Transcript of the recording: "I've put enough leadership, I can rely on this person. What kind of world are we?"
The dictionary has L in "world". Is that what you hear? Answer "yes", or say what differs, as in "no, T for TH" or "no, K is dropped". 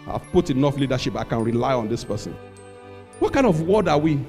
no, L is dropped